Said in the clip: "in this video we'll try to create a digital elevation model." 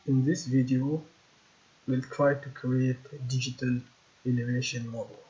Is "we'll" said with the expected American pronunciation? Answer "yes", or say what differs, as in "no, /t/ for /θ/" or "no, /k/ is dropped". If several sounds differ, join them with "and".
yes